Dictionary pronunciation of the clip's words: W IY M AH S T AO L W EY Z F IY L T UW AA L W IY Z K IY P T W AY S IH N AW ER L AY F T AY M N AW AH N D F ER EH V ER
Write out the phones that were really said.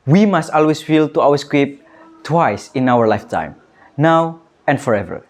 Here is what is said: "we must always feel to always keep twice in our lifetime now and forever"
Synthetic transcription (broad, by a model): W IY M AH S T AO L W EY S F IY L T UW AA W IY S K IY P T W AY S IH N AW ER L AY F T AY M N AW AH N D F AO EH V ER